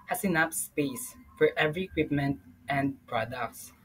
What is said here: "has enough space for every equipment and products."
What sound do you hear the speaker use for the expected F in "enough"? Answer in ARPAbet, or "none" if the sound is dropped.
P